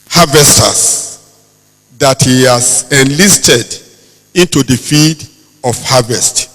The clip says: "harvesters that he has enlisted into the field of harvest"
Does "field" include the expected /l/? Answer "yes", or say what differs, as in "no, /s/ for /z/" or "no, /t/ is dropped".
no, /l/ is dropped